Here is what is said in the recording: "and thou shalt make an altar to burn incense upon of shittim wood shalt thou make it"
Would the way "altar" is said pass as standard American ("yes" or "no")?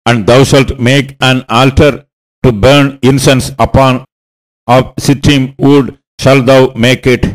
yes